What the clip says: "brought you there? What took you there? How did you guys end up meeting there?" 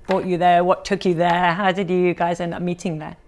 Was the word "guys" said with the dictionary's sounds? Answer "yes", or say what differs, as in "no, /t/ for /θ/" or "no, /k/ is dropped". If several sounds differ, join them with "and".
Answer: yes